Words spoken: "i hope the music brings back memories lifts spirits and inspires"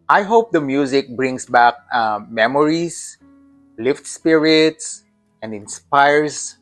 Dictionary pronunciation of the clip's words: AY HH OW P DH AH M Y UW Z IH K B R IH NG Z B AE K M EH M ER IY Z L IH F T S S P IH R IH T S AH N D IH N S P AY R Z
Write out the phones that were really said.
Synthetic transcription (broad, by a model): AY HH OW P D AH M Y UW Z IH K B R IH NG S B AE K M EH M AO IY S L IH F T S S P IH R IH T S AH N D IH N S P AY R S